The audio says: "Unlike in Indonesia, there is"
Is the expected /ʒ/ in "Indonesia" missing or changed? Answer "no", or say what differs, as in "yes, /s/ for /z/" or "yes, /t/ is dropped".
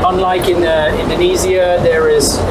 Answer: yes, /z/ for /ʒ/